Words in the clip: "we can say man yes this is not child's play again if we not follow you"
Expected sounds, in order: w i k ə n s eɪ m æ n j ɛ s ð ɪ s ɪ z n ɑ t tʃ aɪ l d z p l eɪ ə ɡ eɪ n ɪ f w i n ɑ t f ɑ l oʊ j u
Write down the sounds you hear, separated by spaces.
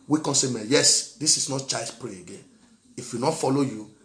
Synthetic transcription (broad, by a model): w i k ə s eɪ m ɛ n j ɛ s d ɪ s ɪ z n ɑ t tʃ aɪ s p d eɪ ə ɡ eɪ n ɪ f w i n ɑ t f ɑ l oʊ j u